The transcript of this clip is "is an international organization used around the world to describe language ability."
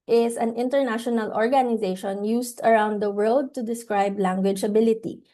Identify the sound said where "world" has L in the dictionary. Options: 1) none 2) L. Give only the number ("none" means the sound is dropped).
2